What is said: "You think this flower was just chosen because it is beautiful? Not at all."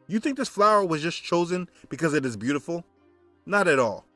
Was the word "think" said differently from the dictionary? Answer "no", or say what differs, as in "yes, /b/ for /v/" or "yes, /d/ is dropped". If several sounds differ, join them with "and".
no